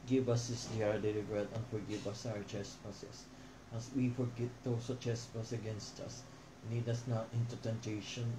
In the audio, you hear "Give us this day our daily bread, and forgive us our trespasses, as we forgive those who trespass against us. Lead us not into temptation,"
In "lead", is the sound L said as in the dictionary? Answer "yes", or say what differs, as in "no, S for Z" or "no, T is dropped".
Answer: no, N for L